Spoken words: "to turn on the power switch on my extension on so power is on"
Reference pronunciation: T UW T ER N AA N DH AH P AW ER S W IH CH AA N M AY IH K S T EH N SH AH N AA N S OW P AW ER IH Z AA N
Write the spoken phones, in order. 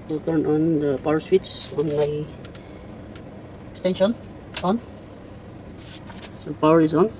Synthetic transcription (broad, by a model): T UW T ER N AA N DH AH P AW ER S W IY S AA N M AY IH K S T EH N SH AH N AA N S OW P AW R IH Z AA N